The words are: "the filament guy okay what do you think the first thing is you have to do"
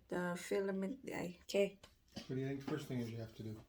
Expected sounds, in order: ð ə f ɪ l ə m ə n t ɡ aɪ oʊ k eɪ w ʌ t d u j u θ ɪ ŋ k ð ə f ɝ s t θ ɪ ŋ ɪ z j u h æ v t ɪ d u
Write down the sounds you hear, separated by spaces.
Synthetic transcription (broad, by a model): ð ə f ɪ l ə m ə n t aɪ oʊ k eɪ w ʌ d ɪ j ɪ θ ɪ ŋ k ð ə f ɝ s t θ ɪ ŋ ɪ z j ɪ h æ f t ɪ d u